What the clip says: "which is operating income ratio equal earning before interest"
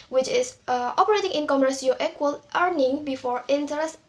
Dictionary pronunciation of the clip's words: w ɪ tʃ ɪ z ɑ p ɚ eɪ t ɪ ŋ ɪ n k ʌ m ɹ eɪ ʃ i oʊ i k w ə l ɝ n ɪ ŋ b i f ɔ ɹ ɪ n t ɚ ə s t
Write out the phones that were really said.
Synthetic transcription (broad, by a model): w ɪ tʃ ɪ s ɑ p ɚ eɪ t ɪ ŋ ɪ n k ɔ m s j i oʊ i k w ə l ɝ n ɪ ŋ b i f ɔ ɹ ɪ n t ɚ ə s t